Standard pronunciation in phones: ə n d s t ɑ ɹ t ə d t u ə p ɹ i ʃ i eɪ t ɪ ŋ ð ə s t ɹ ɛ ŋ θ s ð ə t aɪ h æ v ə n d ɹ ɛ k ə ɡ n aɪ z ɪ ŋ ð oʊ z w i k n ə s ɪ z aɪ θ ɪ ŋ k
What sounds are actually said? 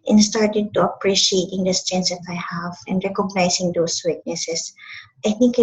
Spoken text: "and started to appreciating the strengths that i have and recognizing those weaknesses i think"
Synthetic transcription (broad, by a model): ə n s t ɑ ɹ t ə d t u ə p ɹ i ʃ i eɪ t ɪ ŋ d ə s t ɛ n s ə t aɪ h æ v ə n d ɹ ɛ k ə ɡ n aɪ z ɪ ŋ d oʊ s w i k n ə s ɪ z aɪ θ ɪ ŋ k